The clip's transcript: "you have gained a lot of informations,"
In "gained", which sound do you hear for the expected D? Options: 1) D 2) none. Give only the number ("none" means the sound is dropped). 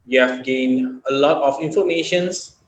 1